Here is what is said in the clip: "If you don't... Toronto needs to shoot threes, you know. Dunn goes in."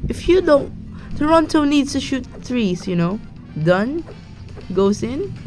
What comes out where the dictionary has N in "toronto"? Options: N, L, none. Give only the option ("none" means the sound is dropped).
N